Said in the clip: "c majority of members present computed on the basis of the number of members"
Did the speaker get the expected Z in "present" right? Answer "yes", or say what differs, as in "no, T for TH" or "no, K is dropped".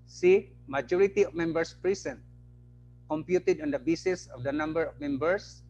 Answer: no, S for Z